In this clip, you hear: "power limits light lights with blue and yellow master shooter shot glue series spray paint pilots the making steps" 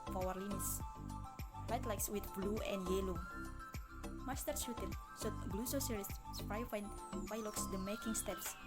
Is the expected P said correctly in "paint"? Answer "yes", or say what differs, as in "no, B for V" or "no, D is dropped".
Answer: no, F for P